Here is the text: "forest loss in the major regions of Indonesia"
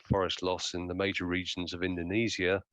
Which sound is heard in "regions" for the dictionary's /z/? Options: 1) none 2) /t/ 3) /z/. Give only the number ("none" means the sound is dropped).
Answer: 3